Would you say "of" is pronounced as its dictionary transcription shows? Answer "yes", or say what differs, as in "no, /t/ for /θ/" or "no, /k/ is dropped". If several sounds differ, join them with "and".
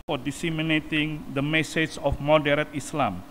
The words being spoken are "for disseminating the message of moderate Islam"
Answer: no, /f/ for /v/